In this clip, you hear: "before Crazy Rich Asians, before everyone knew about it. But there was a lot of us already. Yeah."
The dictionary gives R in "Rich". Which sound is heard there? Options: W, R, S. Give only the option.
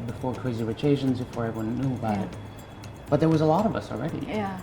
W